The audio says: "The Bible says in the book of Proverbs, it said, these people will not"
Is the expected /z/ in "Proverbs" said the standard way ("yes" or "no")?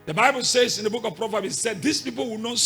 no